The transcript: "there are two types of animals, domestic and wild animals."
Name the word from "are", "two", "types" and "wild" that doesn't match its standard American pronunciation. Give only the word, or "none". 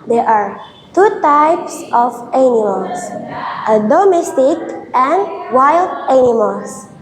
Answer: none